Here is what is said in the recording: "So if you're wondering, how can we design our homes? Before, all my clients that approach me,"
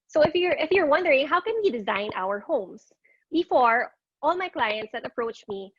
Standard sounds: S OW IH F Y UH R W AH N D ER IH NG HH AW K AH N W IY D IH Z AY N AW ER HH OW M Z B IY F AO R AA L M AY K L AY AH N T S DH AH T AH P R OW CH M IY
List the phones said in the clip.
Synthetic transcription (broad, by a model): S OW IH F Y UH R W AH N D ER IH NG HH AW K AH N W IY D IH Z AY N AW ER HH OW M S B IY F AO R AA L M AY K L AY AH N T S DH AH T AH P R OW CH M IY